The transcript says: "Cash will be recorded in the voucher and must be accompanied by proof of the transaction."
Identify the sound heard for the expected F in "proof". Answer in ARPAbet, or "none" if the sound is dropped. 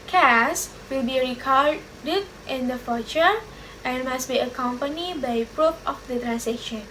P